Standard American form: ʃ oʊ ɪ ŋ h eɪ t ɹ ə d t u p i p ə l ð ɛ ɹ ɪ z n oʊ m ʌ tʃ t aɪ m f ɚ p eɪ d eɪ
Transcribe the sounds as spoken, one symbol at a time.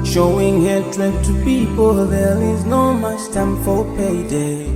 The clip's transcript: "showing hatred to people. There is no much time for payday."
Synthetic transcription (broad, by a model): ʃ oʊ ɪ ŋ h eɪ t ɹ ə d t u p i p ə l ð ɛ l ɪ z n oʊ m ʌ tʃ t aɪ m f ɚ p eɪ d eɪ